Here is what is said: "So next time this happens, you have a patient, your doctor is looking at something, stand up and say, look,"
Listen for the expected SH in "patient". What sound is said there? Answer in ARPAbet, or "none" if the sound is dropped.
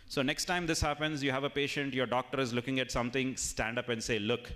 SH